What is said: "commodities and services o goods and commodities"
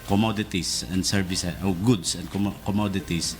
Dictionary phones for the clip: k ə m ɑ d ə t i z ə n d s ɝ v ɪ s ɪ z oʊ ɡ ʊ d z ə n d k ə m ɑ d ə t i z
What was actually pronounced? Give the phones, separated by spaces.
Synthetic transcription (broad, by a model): k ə m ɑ d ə t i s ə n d s ɝ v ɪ s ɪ oʊ ɡ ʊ d s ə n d k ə m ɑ d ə t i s